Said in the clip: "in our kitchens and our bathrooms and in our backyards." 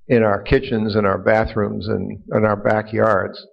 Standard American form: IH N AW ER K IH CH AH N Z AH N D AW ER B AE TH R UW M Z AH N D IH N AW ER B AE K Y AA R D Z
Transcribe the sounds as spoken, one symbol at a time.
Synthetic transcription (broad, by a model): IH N AW ER K IH CH AH N Z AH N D AW ER B AE TH R UW M Z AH N IH N AW ER B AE K Y AA R D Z